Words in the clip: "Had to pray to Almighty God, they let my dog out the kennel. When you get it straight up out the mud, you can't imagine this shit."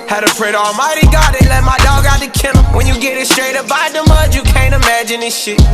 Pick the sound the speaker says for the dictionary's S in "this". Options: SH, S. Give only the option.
SH